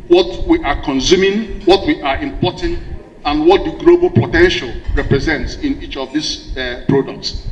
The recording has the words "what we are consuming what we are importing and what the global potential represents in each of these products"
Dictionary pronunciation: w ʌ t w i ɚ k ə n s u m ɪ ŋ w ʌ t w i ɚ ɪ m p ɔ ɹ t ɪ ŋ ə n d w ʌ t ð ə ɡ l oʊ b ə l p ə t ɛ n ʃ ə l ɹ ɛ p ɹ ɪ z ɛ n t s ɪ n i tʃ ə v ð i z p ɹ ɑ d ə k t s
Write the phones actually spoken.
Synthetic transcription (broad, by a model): w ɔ t w i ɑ k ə n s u m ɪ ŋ w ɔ t w i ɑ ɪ m p ɔ t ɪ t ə n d w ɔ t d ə ɡ l oʊ b ə l p ə t ɛ n ʃ ə l ɹ ɛ p ɹ ɪ z ɛ n t s ɪ n i tʃ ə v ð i s p ɹ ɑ d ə k t s